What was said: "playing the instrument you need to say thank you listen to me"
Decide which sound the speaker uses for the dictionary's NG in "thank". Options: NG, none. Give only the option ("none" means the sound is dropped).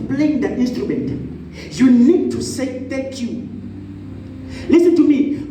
none